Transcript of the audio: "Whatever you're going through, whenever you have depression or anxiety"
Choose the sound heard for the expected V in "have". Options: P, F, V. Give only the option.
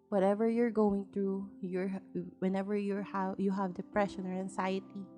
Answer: V